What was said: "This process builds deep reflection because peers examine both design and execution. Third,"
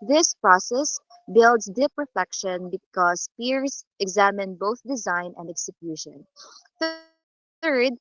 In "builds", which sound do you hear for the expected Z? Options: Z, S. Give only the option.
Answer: S